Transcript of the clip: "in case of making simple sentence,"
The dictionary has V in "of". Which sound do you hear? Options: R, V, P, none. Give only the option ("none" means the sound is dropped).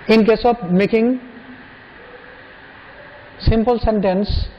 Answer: P